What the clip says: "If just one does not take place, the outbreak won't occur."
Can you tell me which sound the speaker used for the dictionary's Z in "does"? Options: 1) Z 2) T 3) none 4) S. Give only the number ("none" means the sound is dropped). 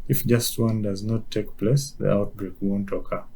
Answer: 1